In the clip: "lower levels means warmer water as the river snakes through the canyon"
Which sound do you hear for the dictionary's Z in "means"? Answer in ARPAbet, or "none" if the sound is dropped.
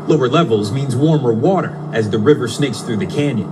Z